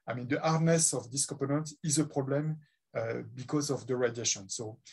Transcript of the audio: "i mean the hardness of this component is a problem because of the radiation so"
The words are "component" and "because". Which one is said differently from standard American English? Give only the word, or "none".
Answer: component